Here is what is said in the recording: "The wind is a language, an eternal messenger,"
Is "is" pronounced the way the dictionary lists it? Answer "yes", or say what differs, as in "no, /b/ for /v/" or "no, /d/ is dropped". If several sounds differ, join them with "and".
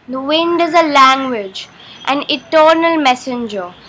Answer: yes